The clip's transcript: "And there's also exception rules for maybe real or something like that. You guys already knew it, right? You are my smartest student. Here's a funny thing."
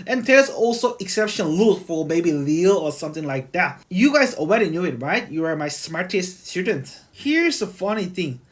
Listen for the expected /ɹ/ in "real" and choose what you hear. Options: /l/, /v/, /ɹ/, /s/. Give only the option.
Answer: /l/